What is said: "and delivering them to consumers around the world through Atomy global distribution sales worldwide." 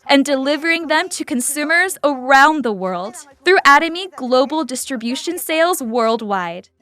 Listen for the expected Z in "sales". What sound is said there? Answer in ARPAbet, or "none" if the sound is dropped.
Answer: Z